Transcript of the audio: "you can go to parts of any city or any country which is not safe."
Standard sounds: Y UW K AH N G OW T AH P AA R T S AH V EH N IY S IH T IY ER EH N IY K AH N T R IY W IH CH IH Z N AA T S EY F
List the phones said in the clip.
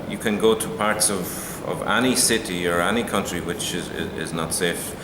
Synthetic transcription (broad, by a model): Y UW K AH N G OW T AH P AA R T S AH V EH N IY S IH T IY ER EH N IY K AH N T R IY W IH CH IH Z N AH T S EY F